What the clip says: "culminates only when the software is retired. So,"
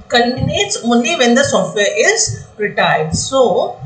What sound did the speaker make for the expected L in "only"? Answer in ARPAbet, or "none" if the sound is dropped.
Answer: none